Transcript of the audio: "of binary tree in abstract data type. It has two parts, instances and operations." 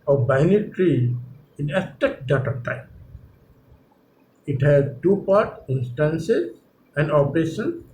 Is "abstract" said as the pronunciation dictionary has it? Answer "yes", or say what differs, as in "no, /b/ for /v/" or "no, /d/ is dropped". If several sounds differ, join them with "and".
no, /b/ is dropped and /ɹ/ is dropped